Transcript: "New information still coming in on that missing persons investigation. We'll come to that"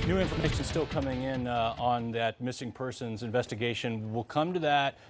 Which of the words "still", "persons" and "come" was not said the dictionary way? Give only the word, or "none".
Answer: none